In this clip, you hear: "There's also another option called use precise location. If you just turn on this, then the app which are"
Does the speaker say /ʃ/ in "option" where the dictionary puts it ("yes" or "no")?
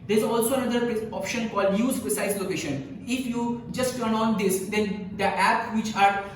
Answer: yes